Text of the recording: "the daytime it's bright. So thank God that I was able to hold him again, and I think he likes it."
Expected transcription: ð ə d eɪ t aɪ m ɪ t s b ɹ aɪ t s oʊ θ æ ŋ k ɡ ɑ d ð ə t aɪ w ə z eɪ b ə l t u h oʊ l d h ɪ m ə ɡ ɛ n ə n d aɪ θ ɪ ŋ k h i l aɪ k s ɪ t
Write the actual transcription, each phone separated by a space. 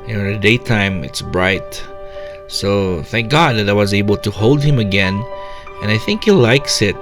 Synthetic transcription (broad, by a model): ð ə d eɪ t aɪ m ɪ t s b ɹ aɪ t s oʊ θ æ ŋ k ɡ ɑ d ð ə t aɪ w ə z eɪ b ə l t u h oʊ l d h ɪ m ə ɡ ɛ n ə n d aɪ θ ɪ ŋ k h i l aɪ k s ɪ t